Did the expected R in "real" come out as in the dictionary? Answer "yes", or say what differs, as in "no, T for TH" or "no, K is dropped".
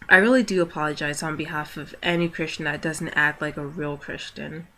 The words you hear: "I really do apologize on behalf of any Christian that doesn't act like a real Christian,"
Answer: yes